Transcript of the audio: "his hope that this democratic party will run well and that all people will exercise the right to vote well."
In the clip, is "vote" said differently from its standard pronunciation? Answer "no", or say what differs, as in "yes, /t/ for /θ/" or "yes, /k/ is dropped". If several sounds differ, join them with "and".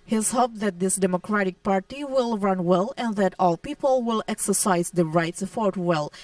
yes, /f/ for /v/